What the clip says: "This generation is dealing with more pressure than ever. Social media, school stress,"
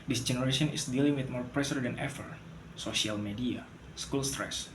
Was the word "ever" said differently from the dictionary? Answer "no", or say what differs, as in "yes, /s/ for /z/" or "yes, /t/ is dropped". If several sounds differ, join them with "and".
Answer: yes, /f/ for /v/